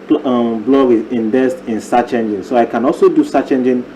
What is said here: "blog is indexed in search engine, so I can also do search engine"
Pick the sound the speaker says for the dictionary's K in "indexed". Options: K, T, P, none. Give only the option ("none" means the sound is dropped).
none